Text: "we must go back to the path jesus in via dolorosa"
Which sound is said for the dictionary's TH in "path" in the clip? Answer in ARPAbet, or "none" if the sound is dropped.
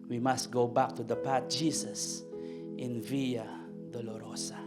T